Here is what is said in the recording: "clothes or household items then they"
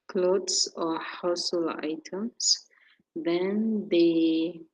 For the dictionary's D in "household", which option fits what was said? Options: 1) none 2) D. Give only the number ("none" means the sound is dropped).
1